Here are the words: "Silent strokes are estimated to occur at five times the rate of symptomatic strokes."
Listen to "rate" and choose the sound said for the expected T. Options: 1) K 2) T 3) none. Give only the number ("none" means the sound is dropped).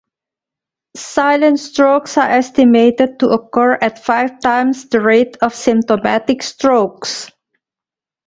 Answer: 2